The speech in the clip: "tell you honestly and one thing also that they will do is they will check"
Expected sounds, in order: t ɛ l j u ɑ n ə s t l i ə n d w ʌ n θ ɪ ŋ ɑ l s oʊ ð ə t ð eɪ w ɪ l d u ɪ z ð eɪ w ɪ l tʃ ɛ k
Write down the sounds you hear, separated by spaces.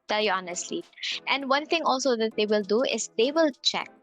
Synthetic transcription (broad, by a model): t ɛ l j u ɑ n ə s t l i ə n d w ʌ n t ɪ ŋ ɑ l s oʊ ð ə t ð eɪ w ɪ l d u ɪ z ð eɪ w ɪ l tʃ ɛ k